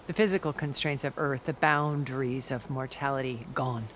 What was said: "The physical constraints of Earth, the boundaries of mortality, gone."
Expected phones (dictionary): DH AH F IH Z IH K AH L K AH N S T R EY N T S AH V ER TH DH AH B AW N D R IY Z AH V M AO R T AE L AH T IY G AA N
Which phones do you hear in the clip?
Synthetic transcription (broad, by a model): DH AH F IH Z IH K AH L K AH N S T R EY N T S AH V ER TH DH AH B AW N D R IY Z AH V M AO R T AE L AH T IY G AA N